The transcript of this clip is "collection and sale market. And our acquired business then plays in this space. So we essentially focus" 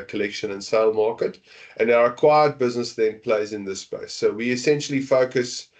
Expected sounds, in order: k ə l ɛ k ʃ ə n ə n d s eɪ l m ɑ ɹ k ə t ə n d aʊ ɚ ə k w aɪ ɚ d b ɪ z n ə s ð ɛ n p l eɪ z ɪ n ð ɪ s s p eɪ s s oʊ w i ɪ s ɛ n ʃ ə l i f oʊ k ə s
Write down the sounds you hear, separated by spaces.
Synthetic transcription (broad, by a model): k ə l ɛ k ʃ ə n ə n s eɪ l m ɑ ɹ k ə t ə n aʊ ɚ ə k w aɪ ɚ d b ɪ z n ə s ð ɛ n p l eɪ z ɪ n ð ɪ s s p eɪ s s oʊ w i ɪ s ɛ n ʃ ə l i f oʊ k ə s